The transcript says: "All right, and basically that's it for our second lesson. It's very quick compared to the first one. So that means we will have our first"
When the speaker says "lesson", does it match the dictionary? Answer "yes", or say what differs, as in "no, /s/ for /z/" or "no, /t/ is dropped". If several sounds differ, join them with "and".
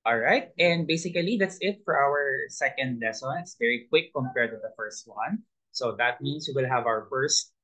yes